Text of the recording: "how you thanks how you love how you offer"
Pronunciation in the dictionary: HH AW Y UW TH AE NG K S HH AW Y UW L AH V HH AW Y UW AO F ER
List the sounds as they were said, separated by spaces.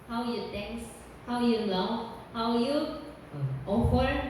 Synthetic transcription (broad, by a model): HH AW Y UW T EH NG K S HH AW Y UW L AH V HH AW Y UW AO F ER